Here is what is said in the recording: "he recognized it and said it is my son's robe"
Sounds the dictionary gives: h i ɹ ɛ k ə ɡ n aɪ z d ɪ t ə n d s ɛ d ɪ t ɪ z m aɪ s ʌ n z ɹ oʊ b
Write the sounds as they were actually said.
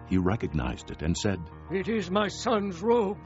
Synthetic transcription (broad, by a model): h i ɹ ɛ k ə ɡ n aɪ z d ɪ t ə n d s ɛ d ɪ t ɪ z m aɪ s ʌ n z ɹ oʊ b